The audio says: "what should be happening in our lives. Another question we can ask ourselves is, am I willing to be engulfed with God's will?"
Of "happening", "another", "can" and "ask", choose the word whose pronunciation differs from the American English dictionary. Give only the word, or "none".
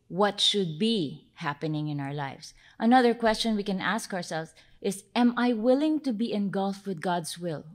none